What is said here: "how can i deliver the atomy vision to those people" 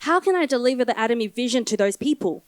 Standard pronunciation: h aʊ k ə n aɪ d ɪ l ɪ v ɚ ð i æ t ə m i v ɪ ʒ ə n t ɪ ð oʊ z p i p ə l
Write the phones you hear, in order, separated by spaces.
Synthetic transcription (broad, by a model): h aʊ k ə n aɪ d ɪ l ɪ v ɚ ð i æ t ə m i v ɪ ʒ ə n t ɪ ð oʊ z p i p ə l